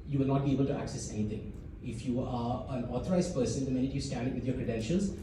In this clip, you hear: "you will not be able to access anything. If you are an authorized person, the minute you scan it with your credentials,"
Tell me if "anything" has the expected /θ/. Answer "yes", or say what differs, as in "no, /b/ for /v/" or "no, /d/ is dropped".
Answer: no, /t/ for /θ/